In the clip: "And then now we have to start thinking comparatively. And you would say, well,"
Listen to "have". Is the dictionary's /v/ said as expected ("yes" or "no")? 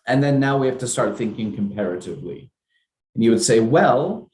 no